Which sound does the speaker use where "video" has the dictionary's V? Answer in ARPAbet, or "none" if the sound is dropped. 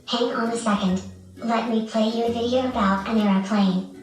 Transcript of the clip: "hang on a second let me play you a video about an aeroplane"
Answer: V